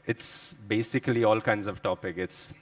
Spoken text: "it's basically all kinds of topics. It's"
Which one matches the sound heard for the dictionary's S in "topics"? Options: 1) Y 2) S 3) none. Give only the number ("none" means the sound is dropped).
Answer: 3